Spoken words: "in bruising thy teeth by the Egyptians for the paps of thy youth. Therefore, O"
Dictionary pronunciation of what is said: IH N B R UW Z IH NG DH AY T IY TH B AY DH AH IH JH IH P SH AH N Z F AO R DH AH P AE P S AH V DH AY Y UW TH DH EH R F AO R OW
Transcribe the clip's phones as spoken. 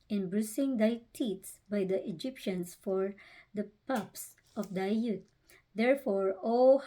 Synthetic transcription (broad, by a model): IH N B R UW S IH NG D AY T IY S B AY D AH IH JH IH P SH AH N S F AO R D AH P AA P S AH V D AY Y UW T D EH R F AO R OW